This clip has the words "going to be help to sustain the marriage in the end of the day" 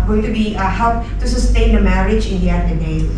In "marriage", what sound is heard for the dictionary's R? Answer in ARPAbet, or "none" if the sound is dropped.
R